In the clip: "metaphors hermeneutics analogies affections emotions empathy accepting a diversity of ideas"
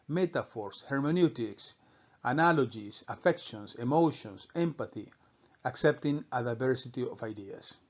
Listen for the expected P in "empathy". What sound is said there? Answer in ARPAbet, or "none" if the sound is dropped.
P